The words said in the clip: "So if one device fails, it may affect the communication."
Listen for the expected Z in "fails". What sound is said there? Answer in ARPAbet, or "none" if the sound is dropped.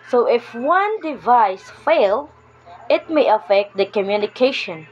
none